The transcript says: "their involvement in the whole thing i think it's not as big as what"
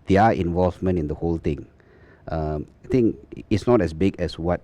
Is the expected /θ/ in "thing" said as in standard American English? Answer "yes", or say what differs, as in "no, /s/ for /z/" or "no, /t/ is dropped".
no, /t/ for /θ/